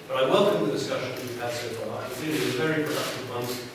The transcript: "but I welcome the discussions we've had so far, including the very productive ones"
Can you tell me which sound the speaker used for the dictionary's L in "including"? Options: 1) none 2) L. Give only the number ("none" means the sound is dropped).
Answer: 1